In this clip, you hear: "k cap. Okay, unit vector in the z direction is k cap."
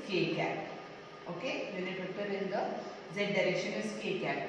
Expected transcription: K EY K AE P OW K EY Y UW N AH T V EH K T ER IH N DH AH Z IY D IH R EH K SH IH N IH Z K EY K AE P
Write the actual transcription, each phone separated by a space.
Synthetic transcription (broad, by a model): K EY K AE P OW K EY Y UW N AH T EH T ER IH N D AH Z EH D IH R EH K SH IH N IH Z K EY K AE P